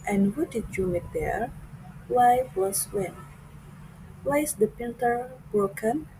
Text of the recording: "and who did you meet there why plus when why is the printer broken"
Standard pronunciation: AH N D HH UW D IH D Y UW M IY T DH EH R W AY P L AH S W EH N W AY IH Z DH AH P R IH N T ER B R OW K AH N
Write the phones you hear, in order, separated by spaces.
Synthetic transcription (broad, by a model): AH N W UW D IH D Y UW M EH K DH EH R W AY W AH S W EH N W AY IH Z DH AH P IH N T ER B R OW K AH N